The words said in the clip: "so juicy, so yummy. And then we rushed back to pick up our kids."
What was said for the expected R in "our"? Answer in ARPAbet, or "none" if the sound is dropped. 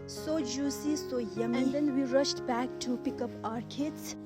R